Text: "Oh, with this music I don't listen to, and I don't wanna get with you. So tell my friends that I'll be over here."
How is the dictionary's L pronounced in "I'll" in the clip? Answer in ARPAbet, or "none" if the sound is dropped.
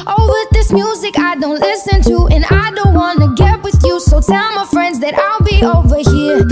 L